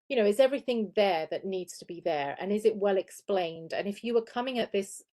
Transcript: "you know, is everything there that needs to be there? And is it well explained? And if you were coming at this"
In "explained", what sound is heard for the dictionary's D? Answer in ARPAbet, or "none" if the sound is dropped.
D